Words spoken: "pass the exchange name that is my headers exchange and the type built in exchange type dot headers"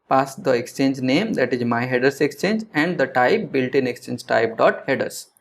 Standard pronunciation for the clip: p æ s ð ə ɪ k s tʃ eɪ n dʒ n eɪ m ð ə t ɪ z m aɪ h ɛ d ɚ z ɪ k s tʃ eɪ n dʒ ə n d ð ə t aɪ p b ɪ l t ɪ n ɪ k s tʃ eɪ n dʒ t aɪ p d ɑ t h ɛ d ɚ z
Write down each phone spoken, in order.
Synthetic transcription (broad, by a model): p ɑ s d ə ɪ k s tʃ eɪ n dʒ n eɪ m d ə t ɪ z m aɪ h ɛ d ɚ s ɪ k s tʃ eɪ n dʒ ə n d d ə t aɪ p b ɪ l t ɪ n ɪ k s tʃ eɪ n dʒ t aɪ p d ɑ t h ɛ d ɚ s